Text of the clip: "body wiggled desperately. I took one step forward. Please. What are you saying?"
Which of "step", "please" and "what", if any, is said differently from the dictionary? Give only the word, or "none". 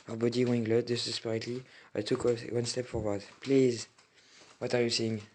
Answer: none